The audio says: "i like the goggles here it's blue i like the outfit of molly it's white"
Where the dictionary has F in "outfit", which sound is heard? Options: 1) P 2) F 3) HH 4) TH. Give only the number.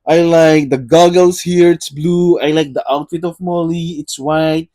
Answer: 2